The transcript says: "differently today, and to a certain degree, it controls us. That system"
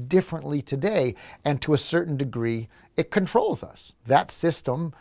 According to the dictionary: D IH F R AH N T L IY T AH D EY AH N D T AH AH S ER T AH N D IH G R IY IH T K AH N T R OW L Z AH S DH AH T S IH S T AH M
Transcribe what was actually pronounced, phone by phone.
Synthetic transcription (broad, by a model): D IH F R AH N T L IY T AH D EY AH N T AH AH S ER T N D IH G R IY IH T K AH N T R OW L Z AH S DH AH T S IH S T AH M